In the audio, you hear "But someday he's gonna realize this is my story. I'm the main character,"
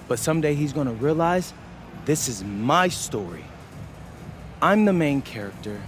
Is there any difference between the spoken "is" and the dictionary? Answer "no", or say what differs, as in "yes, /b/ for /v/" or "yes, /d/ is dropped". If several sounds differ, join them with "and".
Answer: no